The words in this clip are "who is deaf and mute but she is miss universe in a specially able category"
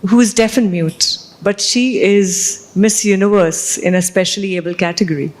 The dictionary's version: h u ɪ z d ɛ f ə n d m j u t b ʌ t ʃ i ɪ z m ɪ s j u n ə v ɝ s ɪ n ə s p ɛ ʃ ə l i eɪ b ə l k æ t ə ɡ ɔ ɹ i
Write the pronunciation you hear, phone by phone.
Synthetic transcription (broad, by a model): h u ɪ z d ɛ f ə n m j u t b ʌ t ʃ i ɪ z m ɪ s j u n ə v ɝ s ɪ n ə s p ɛ ʃ ə l i eɪ b ə l k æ t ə ɡ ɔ ɹ i